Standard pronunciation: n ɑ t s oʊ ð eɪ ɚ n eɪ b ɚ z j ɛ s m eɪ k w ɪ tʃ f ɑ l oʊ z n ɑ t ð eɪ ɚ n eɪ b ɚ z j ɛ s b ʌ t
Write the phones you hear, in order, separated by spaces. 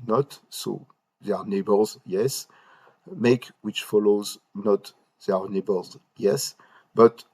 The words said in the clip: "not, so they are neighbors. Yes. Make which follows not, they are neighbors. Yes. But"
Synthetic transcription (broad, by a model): n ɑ t s oʊ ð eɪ ɚ n eɪ b ɚ z j ɛ s m eɪ k w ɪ tʃ f ɑ l oʊ z n ɑ t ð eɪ ɚ n eɪ b ɚ z j ɛ s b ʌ t